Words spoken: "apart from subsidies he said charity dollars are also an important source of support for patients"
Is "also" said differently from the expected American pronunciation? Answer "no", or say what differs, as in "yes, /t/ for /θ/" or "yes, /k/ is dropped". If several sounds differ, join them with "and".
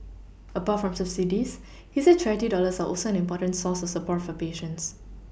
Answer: no